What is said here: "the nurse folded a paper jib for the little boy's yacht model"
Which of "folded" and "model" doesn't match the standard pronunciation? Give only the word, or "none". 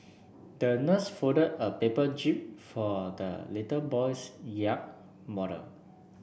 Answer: folded